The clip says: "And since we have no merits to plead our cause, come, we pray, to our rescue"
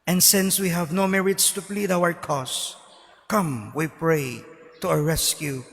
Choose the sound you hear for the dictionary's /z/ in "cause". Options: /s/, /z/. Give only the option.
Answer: /s/